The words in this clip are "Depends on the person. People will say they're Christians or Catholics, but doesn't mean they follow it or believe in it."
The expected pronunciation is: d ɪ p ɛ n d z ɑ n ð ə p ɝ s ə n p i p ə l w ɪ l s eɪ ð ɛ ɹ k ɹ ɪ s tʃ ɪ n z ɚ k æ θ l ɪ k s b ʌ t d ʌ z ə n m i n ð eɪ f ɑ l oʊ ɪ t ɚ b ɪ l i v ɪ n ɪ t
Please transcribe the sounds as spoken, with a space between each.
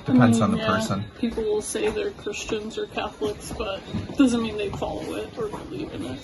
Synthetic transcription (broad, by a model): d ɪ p ɛ n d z n ð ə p ɝ s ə n p i p l w ɪ l s eɪ ð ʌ ɹ k ɹ ɪ s tʃ ɪ n z ɚ k æ θ l ɪ k s b ʌ t d ʌ z ə n m i n ð eɪ f ɑ l oʊ ɪ t ɚ b ɪ l i v ɪ n ɪ t